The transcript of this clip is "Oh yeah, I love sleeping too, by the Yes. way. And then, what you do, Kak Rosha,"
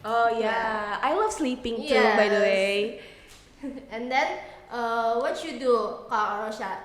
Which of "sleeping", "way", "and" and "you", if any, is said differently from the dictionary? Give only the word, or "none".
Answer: none